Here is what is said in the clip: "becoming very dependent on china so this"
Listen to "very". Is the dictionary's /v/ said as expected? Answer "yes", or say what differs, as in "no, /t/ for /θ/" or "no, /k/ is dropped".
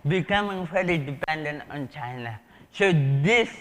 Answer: no, /f/ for /v/